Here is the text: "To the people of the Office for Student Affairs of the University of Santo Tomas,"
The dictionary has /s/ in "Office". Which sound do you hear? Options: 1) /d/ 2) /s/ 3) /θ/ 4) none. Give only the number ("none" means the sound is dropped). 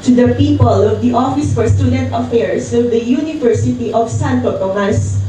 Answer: 2